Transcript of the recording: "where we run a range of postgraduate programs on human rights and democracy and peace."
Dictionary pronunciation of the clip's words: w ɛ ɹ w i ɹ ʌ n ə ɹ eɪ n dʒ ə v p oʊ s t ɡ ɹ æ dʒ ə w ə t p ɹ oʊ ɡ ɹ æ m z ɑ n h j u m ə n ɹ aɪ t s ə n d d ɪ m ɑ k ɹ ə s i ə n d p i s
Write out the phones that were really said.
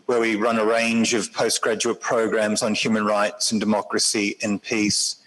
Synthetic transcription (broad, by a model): w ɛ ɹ w i ɹ ʌ n ə ɹ eɪ n dʒ ə v p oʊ s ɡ ɹ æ dʒ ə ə t p ɹ oʊ ɡ ɹ æ m z n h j u m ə n ɹ aɪ t s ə n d d ɪ m ɑ k ɹ ə s i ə n p i s